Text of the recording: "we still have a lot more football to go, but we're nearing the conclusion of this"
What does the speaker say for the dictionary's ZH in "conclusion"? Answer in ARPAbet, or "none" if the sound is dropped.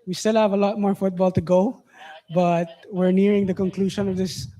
SH